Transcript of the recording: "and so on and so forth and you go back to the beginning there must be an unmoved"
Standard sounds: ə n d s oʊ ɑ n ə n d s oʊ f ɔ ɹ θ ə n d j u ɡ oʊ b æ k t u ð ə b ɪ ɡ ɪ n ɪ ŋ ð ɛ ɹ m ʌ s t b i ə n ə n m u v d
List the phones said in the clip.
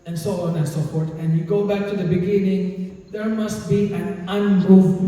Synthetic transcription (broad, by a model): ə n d s oʊ ɑ n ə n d s oʊ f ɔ ɹ t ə n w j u ɡ oʊ b æ k t u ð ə b ɪ ɡ ɪ n ɪ ŋ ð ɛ ɹ m ʌ s t b i ə n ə n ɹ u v